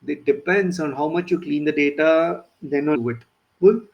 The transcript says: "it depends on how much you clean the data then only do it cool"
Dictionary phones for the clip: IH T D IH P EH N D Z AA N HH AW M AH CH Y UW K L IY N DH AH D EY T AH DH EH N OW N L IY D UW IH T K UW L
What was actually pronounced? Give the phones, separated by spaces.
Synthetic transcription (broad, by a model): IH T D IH P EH N D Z AA N HH AW M AH CH Y UW K L IY N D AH D EY T AH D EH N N IY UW IH T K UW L